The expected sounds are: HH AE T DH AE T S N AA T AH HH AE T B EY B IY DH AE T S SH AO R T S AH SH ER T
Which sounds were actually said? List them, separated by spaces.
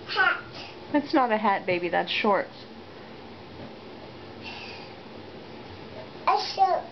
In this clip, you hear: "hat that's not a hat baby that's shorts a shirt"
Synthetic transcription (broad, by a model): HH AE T DH AE T S N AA T AH HH AE T B EY B IY DH AE T S SH AO R T AH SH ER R